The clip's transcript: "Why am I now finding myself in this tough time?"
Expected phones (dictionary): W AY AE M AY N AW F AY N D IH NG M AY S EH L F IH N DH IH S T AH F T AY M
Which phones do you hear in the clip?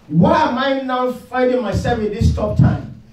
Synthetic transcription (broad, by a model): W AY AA M AY N AW F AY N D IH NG M AY S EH L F IH N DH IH S T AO P T AY M